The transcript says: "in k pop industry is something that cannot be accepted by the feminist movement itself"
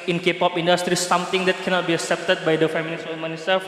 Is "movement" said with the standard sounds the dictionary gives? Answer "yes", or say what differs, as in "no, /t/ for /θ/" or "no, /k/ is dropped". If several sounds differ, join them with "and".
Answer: no, /v/ is dropped and /t/ is dropped